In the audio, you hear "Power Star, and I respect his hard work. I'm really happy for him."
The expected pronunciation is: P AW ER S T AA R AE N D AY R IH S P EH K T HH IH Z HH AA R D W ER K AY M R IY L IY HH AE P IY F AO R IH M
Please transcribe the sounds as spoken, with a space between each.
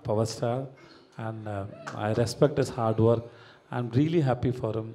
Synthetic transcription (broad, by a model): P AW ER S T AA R AE N D AY R IH S P EH K T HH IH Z HH AA R D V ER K AY M R IY L IY HH AE P IY F AO R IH M